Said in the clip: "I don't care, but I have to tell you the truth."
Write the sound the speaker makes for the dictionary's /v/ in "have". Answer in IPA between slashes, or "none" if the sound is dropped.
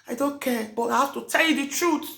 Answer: /f/